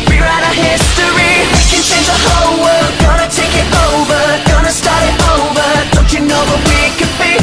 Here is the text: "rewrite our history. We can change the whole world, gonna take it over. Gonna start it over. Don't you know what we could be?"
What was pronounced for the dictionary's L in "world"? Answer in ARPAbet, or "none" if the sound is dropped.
none